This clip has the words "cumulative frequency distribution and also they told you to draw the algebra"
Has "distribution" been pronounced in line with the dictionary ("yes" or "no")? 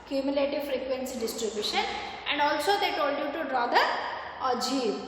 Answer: yes